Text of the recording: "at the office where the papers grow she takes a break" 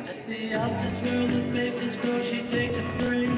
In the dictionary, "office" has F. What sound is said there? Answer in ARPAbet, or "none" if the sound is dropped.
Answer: none